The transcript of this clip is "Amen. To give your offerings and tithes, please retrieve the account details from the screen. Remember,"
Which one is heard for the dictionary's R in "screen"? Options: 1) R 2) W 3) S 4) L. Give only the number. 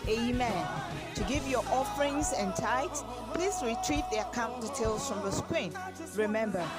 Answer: 2